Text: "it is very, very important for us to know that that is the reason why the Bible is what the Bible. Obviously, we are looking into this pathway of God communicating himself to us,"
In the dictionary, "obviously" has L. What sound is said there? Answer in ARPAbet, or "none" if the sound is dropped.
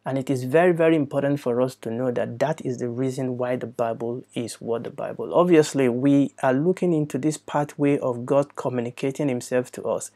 L